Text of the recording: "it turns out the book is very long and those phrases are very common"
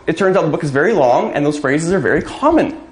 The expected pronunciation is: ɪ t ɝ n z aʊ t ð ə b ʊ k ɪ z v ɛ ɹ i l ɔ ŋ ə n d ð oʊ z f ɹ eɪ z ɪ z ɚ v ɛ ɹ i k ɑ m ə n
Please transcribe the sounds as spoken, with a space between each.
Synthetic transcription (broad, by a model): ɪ t ɝ n z aʊ t ð ə b ʊ k ɪ z v ɛ ɹ i l ɔ ŋ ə n ð oʊ z f ɹ eɪ z ɪ z ɚ v ɛ ɹ i k ɑ m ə n